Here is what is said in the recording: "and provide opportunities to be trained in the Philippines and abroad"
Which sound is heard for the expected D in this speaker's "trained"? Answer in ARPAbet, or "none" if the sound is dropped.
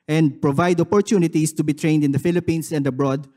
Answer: D